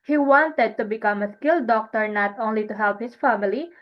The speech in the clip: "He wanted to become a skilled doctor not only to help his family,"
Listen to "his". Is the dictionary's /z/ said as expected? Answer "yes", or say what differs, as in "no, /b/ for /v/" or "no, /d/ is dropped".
no, /s/ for /z/